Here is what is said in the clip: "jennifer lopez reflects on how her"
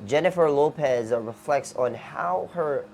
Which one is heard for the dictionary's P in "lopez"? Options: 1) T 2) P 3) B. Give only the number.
2